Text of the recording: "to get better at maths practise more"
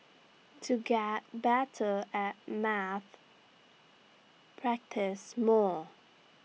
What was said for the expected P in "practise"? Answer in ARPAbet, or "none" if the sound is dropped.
P